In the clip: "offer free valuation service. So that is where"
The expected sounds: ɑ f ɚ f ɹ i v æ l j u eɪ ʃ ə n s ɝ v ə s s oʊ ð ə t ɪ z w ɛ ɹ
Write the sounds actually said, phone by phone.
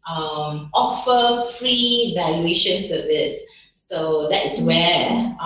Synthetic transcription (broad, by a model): ɑ f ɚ f ɹ i v æ l j u eɪ ʃ ə n s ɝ v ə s s oʊ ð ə t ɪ s w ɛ